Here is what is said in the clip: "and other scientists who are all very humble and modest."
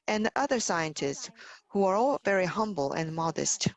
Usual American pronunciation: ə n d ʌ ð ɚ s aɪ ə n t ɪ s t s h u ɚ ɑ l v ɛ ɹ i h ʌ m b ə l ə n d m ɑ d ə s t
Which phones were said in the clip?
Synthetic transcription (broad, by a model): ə n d ʌ ð ɚ s aɪ ə n t ɪ s t s h u ɚ ɑ l v ɛ ɹ i h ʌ m b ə l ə n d m ɑ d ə s t